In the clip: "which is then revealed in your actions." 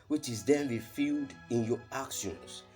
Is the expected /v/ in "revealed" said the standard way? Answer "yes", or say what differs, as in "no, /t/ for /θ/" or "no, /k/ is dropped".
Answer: no, /f/ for /v/